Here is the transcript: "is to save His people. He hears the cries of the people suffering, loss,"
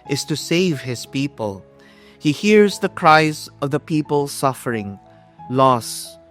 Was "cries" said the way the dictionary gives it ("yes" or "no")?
yes